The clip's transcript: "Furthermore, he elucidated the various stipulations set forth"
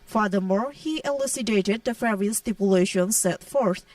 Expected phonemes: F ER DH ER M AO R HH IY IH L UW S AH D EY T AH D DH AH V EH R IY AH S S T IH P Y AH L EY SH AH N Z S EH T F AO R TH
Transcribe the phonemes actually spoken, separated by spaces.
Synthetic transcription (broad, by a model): F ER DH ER M AO R HH IY IH L UW S AH D EY T AH D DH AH F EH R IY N S T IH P Y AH L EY SH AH N S EH T F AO R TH